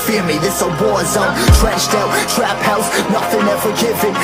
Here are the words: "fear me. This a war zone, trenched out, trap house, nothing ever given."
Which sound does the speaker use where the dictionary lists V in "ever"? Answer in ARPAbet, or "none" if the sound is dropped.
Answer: F